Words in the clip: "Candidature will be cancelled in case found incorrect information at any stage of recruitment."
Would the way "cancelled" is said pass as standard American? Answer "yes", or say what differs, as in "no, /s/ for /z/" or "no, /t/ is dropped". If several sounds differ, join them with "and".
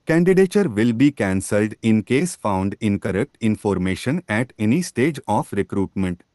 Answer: yes